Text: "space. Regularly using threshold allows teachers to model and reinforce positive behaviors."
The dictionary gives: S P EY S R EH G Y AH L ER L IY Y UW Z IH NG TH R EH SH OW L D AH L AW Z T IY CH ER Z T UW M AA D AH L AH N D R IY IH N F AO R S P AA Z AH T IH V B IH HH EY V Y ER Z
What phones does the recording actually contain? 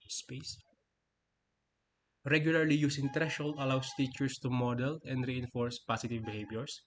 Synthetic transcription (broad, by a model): S P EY S R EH G Y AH L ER L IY Y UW S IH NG T R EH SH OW L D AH L AW S T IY CH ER S T UW M AA D AH L AH N D R IY IH N F AO R S P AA S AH T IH V B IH HH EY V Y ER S